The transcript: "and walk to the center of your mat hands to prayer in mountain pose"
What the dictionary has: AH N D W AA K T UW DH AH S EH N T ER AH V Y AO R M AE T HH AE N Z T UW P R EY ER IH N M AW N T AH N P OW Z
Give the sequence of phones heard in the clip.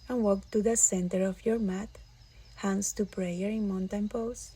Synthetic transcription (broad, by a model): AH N W AA K T UW DH AH S EH N T ER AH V Y AO R M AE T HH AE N S T UW P R EY ER IH N M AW N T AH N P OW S